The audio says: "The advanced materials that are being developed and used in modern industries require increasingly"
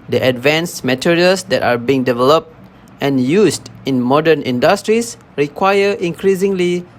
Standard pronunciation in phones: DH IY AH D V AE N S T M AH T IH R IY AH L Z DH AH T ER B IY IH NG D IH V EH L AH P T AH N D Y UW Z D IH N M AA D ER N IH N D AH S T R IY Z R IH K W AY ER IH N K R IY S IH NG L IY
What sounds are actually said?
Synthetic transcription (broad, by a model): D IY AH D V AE N S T M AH T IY R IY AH L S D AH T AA B IY IH NG D IH V EH L AH P T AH N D Y UW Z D IH N M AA D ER N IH N D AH S T R IY S R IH K W AY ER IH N K R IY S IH NG L IY